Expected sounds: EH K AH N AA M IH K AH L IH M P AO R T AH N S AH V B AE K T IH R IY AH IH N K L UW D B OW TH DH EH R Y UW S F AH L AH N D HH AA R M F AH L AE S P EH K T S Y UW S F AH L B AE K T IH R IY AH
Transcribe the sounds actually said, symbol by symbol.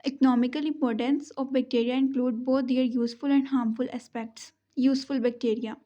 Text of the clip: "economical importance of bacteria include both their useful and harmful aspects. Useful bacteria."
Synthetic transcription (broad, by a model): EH K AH N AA M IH K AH L IH M P AO R T AH N S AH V B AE K T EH R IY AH IH N K L UW D B OW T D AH R Y UW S F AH L AH N D HH AA R M F AH L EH S P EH K T S Y UW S F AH L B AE K T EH R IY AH